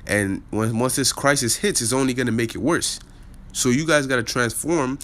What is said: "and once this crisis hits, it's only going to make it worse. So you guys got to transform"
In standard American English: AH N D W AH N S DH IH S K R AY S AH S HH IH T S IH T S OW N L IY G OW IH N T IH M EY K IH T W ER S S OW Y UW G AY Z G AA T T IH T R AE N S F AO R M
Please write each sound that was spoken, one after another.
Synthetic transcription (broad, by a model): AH N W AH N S DH IH S K R AY S AH S HH IH T S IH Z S OW N L IY G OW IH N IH M EY K IH T W ER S S OW Y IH G AY Z G AA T T IH T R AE N S F AO R M